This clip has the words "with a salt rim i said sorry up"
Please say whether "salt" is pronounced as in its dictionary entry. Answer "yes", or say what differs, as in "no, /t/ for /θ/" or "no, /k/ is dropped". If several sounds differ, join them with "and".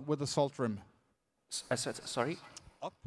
yes